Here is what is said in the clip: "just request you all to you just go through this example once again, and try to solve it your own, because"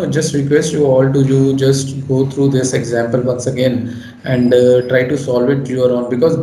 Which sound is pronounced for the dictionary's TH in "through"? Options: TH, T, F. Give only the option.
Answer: T